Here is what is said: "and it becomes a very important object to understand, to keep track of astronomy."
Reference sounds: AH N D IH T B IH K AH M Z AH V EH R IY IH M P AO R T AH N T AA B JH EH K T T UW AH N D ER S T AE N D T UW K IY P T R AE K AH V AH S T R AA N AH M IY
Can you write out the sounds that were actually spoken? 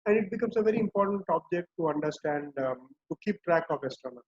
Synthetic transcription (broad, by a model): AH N D IH T B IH K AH M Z AH V EH R IY IH M P AO R T AH N T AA B JH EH K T T UW AH N D ER S T AE N D T UW K IY P T R AE K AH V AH S T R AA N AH